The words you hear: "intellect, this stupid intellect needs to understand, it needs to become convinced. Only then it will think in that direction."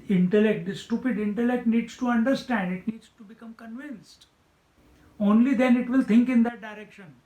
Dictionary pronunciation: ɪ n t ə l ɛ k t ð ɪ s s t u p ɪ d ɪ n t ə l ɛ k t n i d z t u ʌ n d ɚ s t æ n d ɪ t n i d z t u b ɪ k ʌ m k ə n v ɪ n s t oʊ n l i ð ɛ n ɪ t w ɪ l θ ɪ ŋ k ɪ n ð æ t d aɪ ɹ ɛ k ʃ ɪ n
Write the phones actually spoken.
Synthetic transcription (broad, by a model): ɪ n t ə l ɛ k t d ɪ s s t u p ɪ d ɪ n t ə l ɛ k t n i d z t u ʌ n d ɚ s t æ n d ɪ t n i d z t u b ɪ k ʌ m k ə n v ɪ n s t oʊ n l i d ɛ n ɪ t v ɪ l t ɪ ŋ k ɪ n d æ t d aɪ ɹ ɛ k ʃ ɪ n